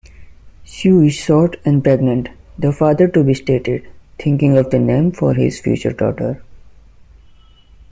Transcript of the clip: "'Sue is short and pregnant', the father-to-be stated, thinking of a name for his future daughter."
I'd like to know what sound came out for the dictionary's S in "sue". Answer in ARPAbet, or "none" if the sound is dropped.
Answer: SH